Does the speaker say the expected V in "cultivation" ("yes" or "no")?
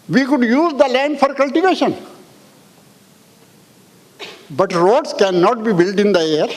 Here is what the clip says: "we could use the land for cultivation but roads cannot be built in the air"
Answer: yes